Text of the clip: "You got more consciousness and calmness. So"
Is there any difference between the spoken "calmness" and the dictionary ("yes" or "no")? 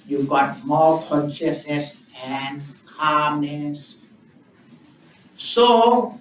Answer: no